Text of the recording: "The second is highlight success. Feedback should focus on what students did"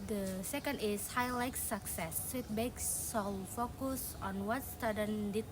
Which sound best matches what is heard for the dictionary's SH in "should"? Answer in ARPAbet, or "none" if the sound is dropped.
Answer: S